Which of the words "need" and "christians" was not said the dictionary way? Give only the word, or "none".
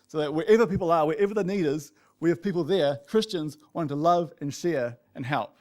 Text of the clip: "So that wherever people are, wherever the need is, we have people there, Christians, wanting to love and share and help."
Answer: none